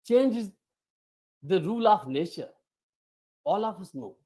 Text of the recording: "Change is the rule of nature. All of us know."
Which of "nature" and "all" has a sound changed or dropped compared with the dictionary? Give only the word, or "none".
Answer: nature